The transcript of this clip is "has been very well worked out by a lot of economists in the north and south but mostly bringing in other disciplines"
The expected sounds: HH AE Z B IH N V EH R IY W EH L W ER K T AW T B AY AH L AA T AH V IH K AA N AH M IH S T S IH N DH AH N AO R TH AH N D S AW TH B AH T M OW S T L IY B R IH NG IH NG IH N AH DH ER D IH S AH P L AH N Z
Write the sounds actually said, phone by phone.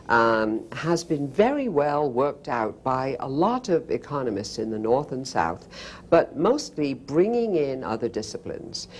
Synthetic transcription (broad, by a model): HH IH Z B IH N V EH R IY W EH L W ER K T AW T B AY AH L AA T AH V IH K AA N AH M IH S T S IH N DH AH N AO R TH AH N S AW TH B AH T M OW S T L IY B R IH NG IH NG IH N AH DH ER D IH S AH P L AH N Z